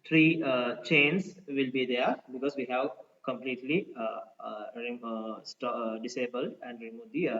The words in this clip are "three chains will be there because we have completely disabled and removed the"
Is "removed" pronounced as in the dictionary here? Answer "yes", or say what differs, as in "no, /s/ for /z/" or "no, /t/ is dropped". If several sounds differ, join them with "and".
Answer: no, /v/ is dropped